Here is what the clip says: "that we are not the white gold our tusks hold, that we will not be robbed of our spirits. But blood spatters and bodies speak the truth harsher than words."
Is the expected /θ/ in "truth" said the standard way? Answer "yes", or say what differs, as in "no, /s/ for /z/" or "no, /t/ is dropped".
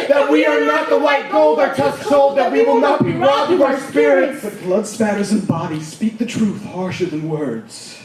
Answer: yes